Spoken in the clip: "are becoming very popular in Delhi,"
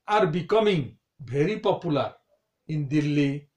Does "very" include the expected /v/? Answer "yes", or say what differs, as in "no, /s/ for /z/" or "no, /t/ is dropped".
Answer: no, /b/ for /v/